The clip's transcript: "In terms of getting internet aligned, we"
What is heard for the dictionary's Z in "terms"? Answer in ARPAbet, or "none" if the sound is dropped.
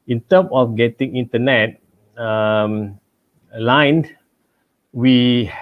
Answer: none